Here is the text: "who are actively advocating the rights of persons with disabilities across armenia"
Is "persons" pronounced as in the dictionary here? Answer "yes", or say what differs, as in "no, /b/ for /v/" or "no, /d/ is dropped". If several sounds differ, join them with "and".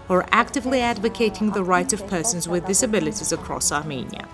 yes